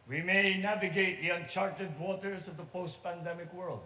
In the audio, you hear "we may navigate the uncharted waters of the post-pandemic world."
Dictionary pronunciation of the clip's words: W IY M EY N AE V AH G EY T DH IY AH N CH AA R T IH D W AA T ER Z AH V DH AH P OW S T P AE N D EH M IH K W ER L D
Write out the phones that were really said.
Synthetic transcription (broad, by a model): W IY M EY N AE V AH G EY T DH IY AH N CH AA R T IH D W AA T ER Z AH V DH AH P OW S T P AE N D EH M IH K W ER L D